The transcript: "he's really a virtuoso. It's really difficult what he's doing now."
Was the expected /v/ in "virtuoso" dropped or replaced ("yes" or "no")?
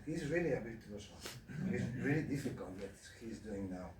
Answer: yes